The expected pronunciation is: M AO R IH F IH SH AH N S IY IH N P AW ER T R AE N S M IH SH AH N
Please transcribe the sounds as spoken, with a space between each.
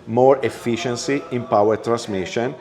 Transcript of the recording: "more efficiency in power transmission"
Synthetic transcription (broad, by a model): M AO R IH F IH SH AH N S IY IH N P AW ER T R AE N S M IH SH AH N